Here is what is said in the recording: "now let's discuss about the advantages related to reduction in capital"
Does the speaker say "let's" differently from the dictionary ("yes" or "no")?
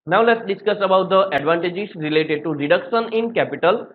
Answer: no